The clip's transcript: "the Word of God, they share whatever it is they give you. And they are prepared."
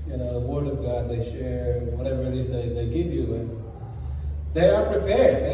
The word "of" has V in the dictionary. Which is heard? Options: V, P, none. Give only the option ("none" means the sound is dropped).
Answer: V